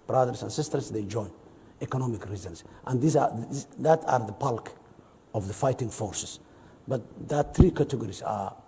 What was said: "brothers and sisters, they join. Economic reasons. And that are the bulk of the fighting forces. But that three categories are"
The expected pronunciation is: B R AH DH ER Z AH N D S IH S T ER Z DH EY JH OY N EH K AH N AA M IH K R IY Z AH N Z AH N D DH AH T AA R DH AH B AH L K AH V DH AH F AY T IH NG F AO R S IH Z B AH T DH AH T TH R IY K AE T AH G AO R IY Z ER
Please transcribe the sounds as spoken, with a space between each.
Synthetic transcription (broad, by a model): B R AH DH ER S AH N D S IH S T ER S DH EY JH OY N EH K AH N AA M IH K R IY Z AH N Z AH N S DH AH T AA R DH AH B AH L K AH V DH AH F AY T IH NG F AO R S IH S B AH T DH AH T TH R IY K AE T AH G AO R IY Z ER